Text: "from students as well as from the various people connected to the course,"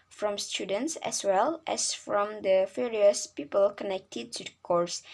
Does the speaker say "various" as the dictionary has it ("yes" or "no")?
no